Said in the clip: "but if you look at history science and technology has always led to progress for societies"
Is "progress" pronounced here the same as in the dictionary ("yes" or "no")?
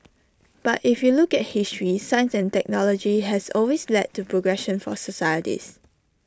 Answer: no